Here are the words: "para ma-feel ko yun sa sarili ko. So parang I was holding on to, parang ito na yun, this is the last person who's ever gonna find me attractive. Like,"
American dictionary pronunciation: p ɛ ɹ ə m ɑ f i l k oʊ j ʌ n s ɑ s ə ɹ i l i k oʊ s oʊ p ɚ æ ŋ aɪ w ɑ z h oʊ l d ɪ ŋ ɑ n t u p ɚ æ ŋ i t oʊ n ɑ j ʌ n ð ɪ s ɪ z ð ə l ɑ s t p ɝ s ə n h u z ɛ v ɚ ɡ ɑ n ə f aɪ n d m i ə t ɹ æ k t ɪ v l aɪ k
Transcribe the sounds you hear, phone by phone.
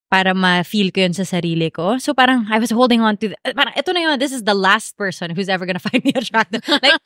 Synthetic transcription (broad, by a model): p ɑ ɹ ə m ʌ f i l k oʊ j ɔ n s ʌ s ə ɹ i l i k oʊ s oʊ p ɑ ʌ ŋ aɪ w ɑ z h oʊ l d ɪ ŋ ɑ n t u p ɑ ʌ ŋ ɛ t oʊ n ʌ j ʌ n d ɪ s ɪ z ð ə l ɑ s t p ɝ s ə n h u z ɛ v ɚ ɡ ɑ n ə f aɪ n d m i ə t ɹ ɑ t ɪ l aɪ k